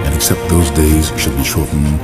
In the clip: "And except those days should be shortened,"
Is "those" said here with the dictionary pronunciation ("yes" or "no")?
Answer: yes